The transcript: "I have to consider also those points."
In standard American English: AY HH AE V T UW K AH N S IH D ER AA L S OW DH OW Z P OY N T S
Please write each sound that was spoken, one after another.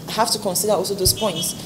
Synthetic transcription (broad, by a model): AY HH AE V T UW K AH N S IH D ER AA L S OW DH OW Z P OY N T S